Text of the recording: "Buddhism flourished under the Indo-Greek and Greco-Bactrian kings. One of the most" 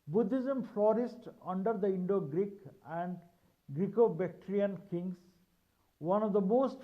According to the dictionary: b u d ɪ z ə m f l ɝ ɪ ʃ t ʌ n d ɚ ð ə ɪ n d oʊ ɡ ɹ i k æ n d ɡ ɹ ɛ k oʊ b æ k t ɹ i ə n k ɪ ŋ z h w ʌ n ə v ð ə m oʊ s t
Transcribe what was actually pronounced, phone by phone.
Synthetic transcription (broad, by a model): b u d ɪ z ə m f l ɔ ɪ s t ʌ n d ɚ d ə ɪ n d oʊ ɡ ɹ i k æ n d ɡ ɹ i k oʊ b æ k t ɹ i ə n k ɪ ŋ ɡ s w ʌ n ə v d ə m oʊ s t